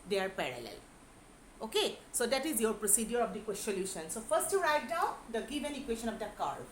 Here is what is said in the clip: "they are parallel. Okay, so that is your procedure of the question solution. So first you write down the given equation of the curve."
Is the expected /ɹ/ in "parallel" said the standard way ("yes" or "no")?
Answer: yes